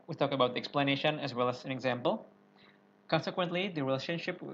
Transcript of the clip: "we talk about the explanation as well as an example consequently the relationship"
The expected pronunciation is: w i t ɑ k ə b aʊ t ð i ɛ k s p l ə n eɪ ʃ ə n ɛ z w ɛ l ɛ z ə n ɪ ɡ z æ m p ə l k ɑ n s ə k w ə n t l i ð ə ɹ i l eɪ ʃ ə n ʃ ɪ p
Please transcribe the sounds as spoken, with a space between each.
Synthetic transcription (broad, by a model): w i t ɑ k ə b aʊ t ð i ɛ k s p l ə n eɪ ʃ ə n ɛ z w ɛ l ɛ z ə n ɪ ɡ z æ m p ə l k ɑ n s ə k w ə n t l i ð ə ɹ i l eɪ ʃ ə n ʃ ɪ p